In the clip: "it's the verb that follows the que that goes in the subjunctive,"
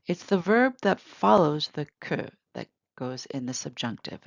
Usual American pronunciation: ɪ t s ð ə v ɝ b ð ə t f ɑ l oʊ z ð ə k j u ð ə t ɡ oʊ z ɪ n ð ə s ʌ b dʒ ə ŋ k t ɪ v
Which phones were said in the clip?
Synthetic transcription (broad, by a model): ɪ t s ð ə v ɝ b ð ə t f ɑ l oʊ z ð ə k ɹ ð ə t ɡ oʊ z ɪ n ð ə s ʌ b dʒ ə ŋ k t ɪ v